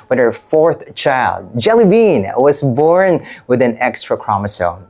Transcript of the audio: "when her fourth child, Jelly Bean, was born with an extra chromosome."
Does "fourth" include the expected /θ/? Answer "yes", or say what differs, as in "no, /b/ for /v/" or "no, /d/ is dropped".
yes